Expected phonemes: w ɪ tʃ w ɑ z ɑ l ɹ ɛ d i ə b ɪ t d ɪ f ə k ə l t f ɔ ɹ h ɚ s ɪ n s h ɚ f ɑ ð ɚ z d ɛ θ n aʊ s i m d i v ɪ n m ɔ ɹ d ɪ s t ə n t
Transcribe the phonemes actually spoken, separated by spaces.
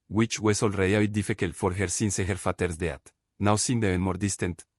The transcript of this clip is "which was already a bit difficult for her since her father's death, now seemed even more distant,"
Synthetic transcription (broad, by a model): w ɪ tʃ w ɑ s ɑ l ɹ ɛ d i ə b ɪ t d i f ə k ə l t f ɔ ɹ h ɚ s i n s h ɚ f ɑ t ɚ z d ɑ t n aʊ s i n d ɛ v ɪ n m ɔ ɹ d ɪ s t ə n t